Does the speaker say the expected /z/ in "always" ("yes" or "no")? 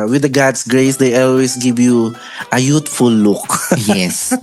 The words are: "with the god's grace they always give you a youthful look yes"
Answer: no